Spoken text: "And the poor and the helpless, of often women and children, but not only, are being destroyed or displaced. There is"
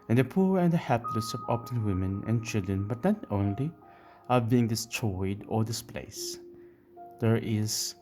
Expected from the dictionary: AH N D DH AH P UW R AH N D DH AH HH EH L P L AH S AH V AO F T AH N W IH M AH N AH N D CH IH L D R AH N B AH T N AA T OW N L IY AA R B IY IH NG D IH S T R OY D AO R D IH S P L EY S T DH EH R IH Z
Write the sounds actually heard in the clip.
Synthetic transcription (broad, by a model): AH N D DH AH P UW R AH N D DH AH HH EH P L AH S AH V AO P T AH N W IH M AH N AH N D CH IH L D R AH N B AH T N AA T OW N L IY AA R B IY IH NG D IH S T R OY D AO R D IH S P L EY S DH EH R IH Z